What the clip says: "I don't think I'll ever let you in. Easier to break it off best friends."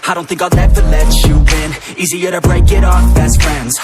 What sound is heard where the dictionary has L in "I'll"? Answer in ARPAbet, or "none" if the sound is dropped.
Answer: N